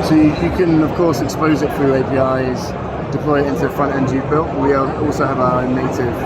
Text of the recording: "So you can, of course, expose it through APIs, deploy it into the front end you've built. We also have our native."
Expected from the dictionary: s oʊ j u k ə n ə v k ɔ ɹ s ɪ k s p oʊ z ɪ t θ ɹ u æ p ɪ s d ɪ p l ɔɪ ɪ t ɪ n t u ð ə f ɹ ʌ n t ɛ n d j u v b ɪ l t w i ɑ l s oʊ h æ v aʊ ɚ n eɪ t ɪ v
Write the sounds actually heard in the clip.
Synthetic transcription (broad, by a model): s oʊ j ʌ k ə n ə v k ɔ s ɪ k s p oʊ z ɪ t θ ɹ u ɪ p ɪ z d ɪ p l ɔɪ ɪ t ɪ n t u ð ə f ɹ ʌ n t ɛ n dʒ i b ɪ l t w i ɑ l s oʊ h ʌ v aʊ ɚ n eɪ t ɪ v